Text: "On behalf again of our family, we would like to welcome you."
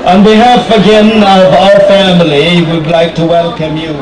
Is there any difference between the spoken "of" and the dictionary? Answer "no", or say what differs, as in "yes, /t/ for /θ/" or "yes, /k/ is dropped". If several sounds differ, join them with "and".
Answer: no